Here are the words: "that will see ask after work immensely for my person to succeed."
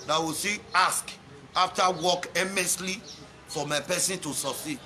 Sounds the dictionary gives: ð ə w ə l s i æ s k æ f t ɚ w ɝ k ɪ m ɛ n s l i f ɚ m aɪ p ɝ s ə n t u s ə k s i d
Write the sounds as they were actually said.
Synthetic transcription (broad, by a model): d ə w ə s i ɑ s k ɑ f t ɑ w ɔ k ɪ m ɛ s l i f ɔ m aɪ p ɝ s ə n t u s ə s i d